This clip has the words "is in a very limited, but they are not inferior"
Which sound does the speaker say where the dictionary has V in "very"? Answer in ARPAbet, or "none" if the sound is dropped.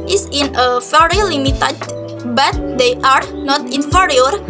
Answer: F